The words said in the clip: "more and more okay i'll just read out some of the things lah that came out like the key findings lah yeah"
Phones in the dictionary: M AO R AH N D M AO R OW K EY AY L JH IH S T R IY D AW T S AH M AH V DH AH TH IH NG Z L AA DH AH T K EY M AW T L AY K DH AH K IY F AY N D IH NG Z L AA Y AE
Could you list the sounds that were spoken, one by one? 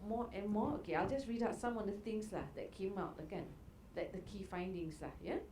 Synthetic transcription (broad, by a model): M AO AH N M AO OW K EY AY L JH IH S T R IY D AW T S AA M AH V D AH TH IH NG S L AA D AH T K EY M AW T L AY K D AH K IY F AY N D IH NG S L AA Y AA